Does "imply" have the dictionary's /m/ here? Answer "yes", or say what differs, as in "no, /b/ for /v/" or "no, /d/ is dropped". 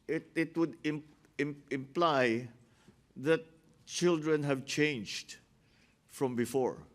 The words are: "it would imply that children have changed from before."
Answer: yes